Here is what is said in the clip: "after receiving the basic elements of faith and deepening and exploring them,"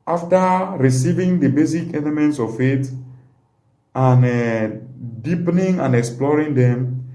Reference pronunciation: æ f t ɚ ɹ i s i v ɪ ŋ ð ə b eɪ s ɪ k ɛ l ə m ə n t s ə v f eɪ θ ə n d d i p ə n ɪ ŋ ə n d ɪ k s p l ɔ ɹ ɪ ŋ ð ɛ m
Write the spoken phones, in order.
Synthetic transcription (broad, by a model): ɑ f t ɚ ɹ i s i v ɪ ŋ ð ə b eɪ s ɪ k ɛ l ə m ə n t s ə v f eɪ t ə n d d i p ə n ɪ ŋ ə n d ɪ k s p l ɔ ɹ ɪ ŋ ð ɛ m